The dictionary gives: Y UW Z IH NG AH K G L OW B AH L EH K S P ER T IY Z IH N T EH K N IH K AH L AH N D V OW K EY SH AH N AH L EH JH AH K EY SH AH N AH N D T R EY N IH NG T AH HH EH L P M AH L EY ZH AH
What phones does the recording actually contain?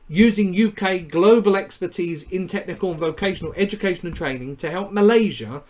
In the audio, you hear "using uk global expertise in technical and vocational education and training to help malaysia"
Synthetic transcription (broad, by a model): Y UW Z IH NG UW K G L OW B AH L EH K S P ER T IY Z IH N T EH K N IH K AH L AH N V OW K EY SH AH N AH L EH JH AH K EY SH AH N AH N T R EY N IH NG T AH HH EH L P M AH L EY ZH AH